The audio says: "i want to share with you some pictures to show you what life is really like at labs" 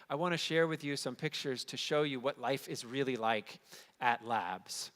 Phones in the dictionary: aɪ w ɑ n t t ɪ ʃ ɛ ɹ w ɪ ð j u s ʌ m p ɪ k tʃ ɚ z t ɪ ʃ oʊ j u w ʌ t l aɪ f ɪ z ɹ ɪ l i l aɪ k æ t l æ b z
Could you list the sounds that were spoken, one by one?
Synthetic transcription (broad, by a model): aɪ w ɑ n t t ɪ ʃ ɛ ɹ w ɪ ð j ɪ s ʌ m p ɪ k tʃ ɚ z t ɪ ʃ oʊ j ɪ w ʌ t l aɪ f ɪ z ɹ ɪ l i l aɪ k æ t l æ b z